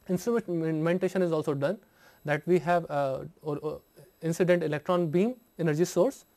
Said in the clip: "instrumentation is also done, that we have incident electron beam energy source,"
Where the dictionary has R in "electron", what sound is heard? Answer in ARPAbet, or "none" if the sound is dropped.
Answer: R